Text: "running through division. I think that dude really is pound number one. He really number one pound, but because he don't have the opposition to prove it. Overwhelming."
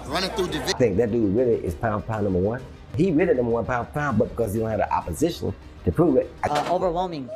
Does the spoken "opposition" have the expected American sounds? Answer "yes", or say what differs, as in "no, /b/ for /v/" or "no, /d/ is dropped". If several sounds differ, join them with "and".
yes